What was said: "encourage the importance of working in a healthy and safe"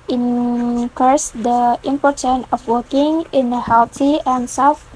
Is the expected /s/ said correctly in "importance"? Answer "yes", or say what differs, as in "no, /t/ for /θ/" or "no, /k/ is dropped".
no, /s/ is dropped